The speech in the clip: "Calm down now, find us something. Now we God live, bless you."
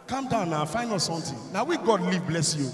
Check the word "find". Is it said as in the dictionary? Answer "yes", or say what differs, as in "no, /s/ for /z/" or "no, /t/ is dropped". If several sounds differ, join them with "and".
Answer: no, /d/ is dropped